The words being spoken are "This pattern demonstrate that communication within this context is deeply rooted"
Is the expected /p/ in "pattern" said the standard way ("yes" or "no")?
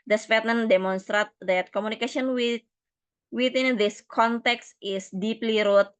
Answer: no